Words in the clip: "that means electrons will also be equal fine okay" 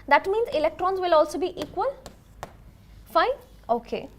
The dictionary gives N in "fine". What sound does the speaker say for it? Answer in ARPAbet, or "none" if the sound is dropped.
none